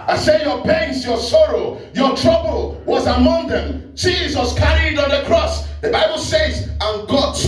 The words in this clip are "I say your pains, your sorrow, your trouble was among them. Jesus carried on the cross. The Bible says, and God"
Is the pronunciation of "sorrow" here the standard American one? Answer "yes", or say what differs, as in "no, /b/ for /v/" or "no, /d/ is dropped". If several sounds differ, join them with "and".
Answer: yes